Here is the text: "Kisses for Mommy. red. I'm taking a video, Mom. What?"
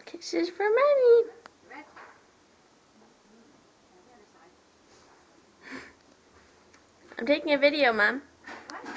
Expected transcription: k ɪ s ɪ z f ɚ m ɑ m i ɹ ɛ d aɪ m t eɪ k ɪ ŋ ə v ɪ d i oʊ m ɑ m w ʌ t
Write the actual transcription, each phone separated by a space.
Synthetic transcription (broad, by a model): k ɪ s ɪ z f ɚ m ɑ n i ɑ aɪ m t eɪ k ɪ ŋ ə v ɪ d i oʊ m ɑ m